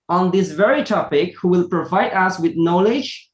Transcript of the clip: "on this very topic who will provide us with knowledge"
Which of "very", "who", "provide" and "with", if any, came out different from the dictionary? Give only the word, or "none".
none